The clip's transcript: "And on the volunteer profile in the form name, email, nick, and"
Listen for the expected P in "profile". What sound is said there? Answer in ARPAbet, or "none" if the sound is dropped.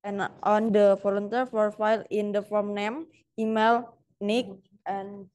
F